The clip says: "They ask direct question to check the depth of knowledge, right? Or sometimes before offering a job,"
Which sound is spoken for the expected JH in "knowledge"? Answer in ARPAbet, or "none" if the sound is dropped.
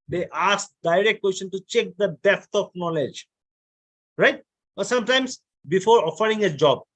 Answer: JH